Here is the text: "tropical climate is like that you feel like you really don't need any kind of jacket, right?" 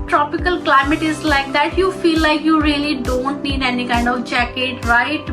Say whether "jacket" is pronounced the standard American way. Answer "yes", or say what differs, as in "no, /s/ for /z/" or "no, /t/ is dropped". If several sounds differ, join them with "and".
yes